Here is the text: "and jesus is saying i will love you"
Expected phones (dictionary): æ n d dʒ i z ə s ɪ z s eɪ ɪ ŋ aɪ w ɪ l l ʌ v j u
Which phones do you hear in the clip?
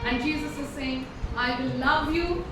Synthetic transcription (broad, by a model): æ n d dʒ i z ə s ɪ z s eɪ ɪ ŋ aɪ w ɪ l l ʌ v j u